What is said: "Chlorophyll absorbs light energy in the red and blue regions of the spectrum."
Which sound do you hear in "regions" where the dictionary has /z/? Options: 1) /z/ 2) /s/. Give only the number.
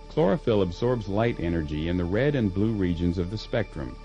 1